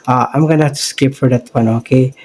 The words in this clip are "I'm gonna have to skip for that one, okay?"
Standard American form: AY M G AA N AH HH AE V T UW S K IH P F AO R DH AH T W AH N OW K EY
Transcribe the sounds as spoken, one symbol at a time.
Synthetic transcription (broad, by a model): AY M G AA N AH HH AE F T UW S K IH P F AO R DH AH T W AH N OW K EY